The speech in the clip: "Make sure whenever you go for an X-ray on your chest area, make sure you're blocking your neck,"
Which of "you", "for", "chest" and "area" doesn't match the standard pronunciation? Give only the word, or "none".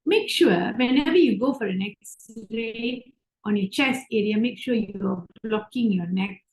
chest